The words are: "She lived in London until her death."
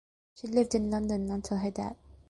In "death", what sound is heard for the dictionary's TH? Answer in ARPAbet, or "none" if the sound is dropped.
T